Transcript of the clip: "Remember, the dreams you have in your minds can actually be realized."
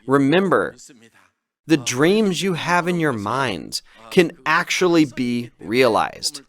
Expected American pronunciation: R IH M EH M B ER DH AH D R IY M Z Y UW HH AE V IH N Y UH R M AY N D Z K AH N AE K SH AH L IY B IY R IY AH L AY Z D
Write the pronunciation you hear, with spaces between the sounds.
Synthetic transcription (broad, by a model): R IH M EH M B ER DH AH D R IY M Z Y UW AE V IH N Y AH R M AY N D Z K AH N AE K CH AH L IY B IY R IY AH L AY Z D